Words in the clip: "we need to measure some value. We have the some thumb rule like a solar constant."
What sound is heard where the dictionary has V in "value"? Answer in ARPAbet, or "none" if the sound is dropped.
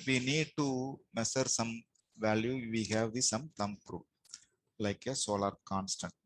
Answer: V